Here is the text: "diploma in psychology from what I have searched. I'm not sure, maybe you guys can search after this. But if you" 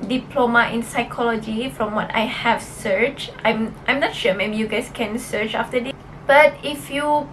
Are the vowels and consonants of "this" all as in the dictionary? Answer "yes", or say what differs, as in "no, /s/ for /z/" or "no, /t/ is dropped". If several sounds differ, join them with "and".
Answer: no, /s/ is dropped